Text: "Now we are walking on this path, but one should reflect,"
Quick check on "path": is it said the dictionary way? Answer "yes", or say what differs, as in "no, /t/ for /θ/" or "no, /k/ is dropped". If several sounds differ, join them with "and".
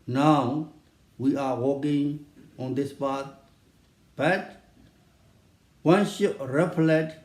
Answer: no, /t/ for /θ/